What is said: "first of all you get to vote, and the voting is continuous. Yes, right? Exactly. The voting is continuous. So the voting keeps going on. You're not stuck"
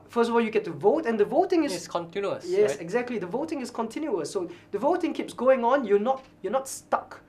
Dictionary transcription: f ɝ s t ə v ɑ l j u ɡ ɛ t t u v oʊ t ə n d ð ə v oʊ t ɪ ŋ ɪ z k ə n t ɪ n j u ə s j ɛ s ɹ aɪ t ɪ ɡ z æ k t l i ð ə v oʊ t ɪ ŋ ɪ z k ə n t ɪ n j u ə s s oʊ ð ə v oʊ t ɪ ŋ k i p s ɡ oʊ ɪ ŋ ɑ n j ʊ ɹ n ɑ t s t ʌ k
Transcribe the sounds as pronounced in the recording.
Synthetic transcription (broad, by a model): f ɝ s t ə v ɑ l j u ɡ ɛ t t u v oʊ t ə n d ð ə v oʊ t ɪ ŋ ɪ s k ə n t ɪ n j u ə s j ɛ s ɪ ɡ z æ k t l i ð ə v oʊ t ɪ ŋ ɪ s k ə n t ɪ n j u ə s s oʊ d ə v oʊ t ɪ ŋ k i p s ɡ oʊ ɪ ŋ ɑ n j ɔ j n ɑ t s t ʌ k